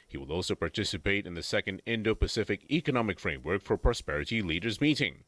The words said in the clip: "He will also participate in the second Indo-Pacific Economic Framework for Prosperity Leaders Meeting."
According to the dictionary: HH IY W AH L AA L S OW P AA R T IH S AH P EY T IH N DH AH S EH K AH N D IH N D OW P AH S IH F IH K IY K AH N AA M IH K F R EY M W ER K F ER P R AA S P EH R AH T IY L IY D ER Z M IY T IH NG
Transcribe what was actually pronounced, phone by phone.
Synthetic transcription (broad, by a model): HH IY W AH L AA L S OW P AA R T IH S AH P EY T IH N DH AH S EH K AH N D IH N D OW P AH S IH F IH K IY K AH N AA M IH K F R EY M W ER K F ER P R AA S P EH R AH T IY L IY D ER Z M IY T IH NG